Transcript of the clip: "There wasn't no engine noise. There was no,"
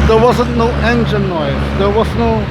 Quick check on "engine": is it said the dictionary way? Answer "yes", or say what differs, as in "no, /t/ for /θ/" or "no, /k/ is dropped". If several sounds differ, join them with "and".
no, /ʃ/ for /dʒ/